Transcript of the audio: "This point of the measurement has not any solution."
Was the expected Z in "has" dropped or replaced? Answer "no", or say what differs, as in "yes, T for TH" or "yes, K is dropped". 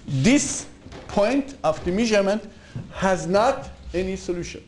no